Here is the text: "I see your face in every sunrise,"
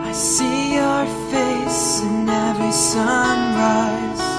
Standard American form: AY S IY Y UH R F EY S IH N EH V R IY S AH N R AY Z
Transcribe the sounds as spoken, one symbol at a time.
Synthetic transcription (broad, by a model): AY S IY Y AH R F EY S IH N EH R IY S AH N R AY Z